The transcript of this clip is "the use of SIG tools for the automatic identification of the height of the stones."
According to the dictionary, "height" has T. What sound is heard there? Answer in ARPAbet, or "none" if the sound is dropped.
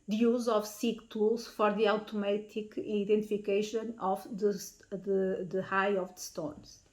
none